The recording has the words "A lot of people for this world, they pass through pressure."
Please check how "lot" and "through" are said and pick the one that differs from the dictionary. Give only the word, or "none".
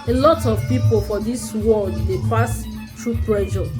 through